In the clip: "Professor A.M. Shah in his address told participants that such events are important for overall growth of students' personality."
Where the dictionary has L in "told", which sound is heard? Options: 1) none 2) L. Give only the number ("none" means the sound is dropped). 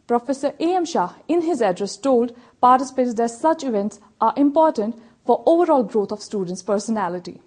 2